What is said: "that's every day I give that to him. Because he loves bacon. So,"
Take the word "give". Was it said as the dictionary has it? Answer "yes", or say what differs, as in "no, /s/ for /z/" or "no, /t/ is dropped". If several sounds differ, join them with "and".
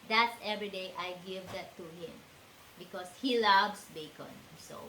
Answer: yes